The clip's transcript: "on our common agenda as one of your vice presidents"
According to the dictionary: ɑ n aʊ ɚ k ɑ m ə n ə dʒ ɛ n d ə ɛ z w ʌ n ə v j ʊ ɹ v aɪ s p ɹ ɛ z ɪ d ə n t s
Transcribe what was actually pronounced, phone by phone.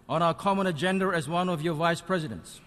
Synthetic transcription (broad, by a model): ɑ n aʊ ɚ k ɑ m ə n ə dʒ ɛ n d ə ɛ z w ʌ n ə v j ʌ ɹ v aɪ s p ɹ ɛ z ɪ d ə n t s